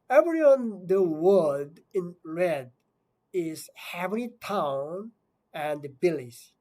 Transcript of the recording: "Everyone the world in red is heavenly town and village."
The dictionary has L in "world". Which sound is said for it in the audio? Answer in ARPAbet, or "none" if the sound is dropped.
none